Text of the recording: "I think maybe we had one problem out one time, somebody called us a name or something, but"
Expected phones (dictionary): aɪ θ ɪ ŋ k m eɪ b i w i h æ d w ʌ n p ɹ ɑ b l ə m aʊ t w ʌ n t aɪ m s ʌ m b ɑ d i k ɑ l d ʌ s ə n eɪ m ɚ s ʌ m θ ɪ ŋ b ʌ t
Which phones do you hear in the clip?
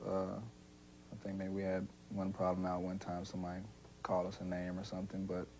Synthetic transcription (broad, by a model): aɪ θ ɪ ŋ k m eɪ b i w i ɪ d w ʌ n p ɹ ɑ b l ə m aʊ t w ʌ n t aɪ m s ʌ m ɑ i k ɑ l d ʌ s ə n eɪ m ɚ s ʌ m θ ɪ ŋ b ʌ t